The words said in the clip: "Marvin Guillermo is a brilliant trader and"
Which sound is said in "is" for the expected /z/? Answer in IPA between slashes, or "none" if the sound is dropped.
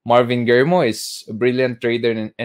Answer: /s/